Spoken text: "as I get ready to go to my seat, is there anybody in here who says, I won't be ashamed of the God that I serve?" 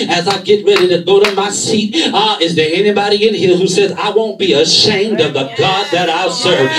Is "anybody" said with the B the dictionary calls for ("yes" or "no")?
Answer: yes